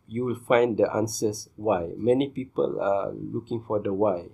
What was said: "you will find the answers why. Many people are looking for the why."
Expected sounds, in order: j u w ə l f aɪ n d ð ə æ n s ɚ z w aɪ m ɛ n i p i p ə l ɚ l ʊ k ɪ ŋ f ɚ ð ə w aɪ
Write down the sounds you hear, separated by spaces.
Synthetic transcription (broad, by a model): j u w ə l f aɪ n d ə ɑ n s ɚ s w aɪ m ɛ n i p i p ə l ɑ l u k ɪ ŋ f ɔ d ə w aɪ